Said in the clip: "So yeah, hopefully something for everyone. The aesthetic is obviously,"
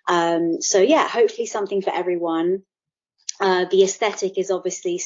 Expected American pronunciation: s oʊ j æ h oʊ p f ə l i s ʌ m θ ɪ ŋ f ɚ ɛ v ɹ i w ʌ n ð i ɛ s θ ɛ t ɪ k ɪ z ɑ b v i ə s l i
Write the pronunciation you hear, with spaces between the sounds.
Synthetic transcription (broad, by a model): s oʊ j æ h oʊ p f ə l i s ʌ m θ ɪ ŋ f ɚ ɛ v ɹ i w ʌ n ð i ɛ s θ ɛ t ɪ k ɪ z ɑ b v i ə s l i